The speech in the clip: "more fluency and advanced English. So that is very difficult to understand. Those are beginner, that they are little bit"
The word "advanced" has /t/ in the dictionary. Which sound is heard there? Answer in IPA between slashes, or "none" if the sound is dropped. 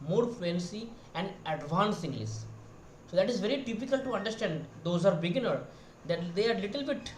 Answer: none